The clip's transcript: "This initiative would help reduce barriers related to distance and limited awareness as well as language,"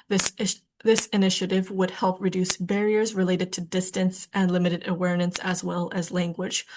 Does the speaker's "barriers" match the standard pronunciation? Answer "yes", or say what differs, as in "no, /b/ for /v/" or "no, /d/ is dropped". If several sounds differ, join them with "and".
yes